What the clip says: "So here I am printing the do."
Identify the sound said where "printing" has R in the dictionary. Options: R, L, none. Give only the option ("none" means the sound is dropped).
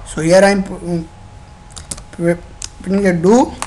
none